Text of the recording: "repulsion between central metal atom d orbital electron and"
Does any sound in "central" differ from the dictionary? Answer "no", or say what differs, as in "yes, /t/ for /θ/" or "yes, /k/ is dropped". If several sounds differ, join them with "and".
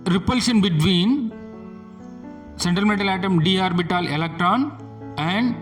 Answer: yes, /ɹ/ is dropped